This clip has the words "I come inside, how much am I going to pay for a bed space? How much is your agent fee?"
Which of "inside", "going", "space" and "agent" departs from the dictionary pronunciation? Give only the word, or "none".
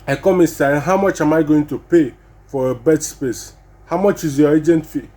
inside